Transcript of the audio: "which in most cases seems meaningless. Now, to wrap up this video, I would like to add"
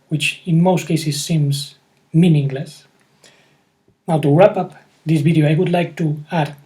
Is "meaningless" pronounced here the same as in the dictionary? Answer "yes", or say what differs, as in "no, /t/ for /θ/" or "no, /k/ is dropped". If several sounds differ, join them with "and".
yes